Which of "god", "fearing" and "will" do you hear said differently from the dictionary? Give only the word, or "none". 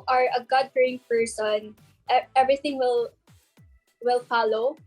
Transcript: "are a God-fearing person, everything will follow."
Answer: fearing